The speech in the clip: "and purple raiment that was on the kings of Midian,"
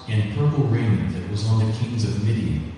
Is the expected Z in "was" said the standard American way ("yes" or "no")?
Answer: yes